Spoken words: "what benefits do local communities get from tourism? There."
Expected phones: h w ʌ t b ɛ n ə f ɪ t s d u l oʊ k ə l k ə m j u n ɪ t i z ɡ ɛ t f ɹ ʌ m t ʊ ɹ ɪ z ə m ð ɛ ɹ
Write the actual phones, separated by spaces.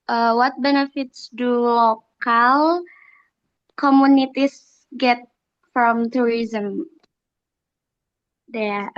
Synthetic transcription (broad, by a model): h w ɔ t b ɛ n ə f ɪ t s d u l oʊ k ə l k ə m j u n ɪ t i s ɡ ɛ t f ɹ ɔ m t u ɹ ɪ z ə m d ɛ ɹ